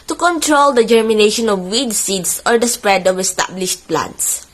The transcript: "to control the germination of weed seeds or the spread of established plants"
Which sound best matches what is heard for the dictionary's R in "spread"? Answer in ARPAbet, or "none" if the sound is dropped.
R